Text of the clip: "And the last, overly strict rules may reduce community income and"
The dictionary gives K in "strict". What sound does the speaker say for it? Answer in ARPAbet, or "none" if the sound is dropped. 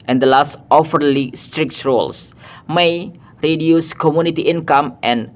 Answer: K